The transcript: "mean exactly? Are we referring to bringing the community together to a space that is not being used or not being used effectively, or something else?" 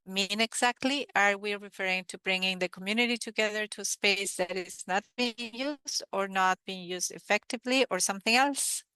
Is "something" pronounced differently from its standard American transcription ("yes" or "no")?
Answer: no